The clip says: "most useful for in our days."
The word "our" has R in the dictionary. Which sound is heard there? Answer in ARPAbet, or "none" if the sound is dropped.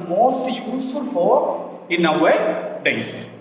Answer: W